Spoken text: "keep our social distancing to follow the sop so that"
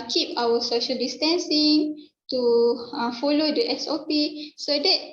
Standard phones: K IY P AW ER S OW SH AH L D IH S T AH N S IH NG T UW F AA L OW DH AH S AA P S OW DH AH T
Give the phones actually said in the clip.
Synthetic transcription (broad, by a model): K IY P AW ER S OW SH AH L D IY S T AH N S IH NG T UW F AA L OW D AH S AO P S OW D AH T